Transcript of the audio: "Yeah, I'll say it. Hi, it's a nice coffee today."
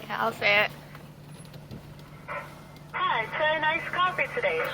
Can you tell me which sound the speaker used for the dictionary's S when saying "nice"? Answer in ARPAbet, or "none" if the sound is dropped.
S